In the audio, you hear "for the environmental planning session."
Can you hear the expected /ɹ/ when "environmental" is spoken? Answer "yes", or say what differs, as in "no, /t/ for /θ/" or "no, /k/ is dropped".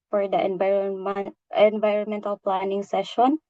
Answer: yes